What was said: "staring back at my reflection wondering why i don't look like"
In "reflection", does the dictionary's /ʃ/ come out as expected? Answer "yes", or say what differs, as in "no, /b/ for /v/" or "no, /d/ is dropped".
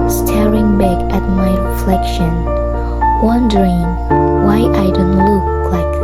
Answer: yes